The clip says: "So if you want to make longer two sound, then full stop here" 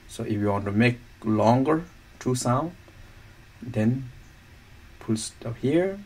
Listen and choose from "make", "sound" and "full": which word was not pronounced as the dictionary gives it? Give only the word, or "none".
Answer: full